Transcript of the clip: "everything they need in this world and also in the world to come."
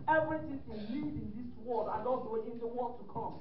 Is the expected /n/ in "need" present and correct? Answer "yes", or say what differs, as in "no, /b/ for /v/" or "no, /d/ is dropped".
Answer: no, /l/ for /n/